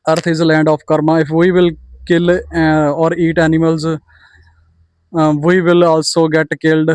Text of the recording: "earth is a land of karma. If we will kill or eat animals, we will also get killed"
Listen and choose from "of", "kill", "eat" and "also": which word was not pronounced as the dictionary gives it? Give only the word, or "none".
of